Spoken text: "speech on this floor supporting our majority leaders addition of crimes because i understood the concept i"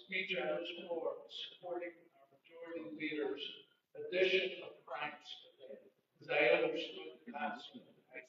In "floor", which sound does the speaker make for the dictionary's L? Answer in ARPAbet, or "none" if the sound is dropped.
none